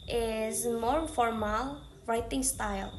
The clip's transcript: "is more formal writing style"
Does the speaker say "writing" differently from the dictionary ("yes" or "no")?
no